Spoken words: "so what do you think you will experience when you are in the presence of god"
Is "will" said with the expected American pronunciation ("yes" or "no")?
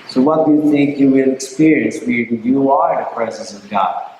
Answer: no